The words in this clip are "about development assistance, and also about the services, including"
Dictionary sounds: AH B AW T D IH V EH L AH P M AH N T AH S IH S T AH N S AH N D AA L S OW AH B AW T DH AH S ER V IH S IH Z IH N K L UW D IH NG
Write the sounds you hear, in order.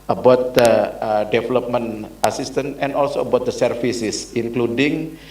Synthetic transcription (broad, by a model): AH B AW T D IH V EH L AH P M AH N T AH S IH S T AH N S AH N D AA L S OW AH B AW T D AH S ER F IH S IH S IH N K L UW D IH NG